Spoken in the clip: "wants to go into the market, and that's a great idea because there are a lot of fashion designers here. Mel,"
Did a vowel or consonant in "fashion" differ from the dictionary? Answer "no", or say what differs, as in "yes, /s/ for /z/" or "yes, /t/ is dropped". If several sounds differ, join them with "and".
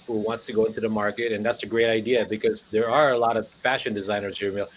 no